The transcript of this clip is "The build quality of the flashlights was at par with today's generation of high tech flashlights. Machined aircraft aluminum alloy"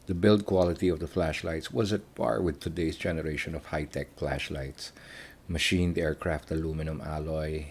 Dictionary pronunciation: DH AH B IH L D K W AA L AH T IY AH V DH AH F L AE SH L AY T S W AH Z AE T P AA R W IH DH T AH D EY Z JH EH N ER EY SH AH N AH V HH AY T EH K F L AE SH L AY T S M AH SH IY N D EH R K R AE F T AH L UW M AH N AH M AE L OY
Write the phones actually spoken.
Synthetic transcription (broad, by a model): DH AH B IH L D K W AA L AH T IY AH V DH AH F L AE SH L AY T S W AH Z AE T B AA R W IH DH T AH D EY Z JH EH N ER EY SH AH N AH V HH AY T EH K F L AE SH L AY T S M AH SH IY N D EH R K R AE F T AH L UW M AH N AH M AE L OY